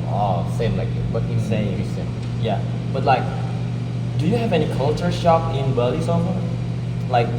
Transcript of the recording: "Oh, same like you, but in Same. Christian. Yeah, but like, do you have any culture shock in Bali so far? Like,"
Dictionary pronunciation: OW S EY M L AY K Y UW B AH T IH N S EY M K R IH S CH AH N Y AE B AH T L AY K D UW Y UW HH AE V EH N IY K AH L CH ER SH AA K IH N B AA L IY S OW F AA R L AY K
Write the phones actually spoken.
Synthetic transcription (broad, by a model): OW S EY M L AY K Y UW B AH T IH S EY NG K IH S AH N Y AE B AH T L AY K D UW Y UW HH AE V EH N IY K AH L CH ER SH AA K IH N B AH L IY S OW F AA L AY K